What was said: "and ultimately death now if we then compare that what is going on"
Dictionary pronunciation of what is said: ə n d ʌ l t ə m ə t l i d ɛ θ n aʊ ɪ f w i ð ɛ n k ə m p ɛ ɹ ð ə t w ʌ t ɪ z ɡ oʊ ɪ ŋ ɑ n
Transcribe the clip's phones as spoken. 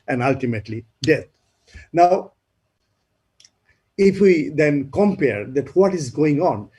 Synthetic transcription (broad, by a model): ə n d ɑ l t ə m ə t l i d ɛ t n aʊ ɪ f w i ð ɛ n k ə m p ɛ ɹ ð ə t w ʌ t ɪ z ɡ oʊ ɪ ŋ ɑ n